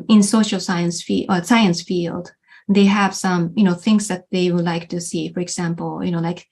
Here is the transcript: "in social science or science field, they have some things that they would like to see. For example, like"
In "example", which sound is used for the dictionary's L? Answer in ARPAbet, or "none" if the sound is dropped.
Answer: N